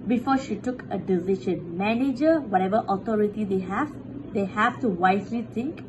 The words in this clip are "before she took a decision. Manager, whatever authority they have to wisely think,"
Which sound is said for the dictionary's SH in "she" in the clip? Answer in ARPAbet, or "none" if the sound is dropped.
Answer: SH